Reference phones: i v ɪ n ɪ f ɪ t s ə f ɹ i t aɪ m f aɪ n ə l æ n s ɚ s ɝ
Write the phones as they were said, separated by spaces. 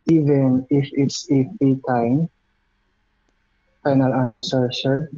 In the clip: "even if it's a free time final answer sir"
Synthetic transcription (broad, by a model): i v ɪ n ɪ f ɪ t s ə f i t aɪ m f aɪ n ə l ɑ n s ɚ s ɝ